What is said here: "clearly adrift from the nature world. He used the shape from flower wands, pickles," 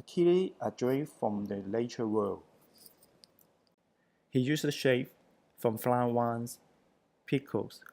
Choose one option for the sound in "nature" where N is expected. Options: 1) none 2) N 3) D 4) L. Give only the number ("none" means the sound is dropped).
4